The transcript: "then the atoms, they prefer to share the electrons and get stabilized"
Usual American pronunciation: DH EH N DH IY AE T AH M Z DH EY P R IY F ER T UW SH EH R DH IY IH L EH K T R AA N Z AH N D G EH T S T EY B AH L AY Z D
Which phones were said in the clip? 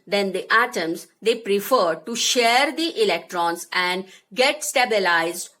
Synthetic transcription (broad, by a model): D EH N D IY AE T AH M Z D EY P R IY F ER T UW SH EH R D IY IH L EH K T R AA N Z AH N D G EH T S T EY B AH L AY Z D